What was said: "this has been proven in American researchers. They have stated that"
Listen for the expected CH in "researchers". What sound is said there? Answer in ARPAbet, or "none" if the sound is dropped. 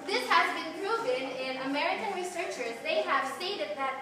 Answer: CH